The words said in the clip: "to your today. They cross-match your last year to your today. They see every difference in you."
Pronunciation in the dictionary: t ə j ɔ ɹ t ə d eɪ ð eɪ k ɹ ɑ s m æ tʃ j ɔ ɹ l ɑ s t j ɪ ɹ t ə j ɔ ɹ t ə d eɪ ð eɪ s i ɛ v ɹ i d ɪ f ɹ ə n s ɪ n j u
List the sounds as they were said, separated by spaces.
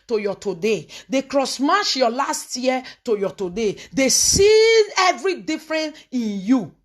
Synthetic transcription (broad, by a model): t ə j ɔ t ə d eɪ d eɪ k ɹ ɑ s m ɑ ʃ j ɔ l ɑ s t j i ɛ t ə j ɔ t ə d eɪ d eɪ s i ɛ v ɹ i d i f ɹ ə n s ɪ n j u